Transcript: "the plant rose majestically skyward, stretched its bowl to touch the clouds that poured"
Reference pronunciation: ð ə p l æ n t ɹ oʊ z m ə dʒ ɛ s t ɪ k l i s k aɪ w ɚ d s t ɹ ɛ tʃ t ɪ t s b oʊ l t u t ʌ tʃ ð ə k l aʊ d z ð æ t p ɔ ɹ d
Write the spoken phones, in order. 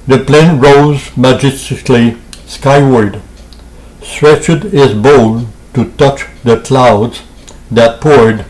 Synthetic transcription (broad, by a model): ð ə p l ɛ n ɹ oʊ z m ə dʒ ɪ s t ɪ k l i s k aɪ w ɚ d s t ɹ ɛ tʃ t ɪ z b oʊ l t u t ʌ tʃ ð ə k l aʊ d z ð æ t p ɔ ɹ d